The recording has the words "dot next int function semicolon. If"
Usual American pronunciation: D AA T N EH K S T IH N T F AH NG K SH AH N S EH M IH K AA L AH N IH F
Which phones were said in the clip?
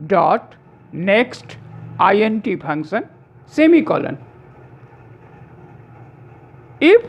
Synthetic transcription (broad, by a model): D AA T N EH K S T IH N T P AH NG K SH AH N S EH M IH K AA L AH N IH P